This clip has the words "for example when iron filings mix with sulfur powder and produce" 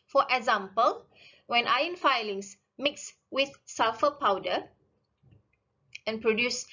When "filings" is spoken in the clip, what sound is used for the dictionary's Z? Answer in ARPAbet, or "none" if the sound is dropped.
S